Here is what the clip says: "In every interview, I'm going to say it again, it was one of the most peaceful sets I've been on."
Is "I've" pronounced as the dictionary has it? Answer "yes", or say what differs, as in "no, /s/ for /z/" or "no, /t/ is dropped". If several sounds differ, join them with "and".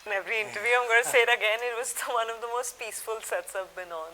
no, /p/ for /v/